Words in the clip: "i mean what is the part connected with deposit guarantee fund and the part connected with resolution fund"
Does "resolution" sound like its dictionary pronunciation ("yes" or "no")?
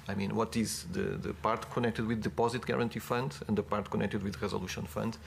yes